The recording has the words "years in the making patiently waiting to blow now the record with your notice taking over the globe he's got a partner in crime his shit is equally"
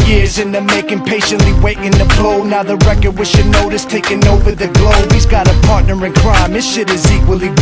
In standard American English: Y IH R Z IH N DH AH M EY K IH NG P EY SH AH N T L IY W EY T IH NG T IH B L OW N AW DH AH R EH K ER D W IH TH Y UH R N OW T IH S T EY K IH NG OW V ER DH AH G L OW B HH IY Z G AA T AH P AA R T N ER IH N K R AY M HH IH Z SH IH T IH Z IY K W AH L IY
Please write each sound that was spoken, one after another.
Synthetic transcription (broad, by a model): Y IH R Z IH N DH AH M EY K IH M P EY SH AH N T L IY W EY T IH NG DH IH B L OW N AW DH AH R EH K ER D W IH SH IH N OW T IH S T EY K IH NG OW V ER DH AH G L OW B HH IY Z G AA T AH P AA R T N ER IH N K R AY M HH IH SH IH T IH Z IY K W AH L IY